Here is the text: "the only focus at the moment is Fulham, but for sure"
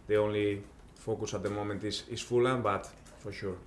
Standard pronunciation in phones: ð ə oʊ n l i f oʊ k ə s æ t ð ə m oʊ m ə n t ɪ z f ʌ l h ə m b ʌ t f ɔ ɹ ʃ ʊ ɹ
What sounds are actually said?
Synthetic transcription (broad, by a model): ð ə oʊ n l i f oʊ k ə s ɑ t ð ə m oʊ m ə n t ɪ s f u l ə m b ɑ t f ɔ ɹ ʃ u ɹ